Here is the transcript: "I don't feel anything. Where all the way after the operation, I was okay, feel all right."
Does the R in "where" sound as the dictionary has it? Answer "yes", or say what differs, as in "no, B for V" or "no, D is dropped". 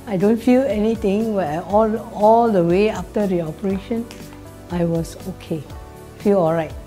no, L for R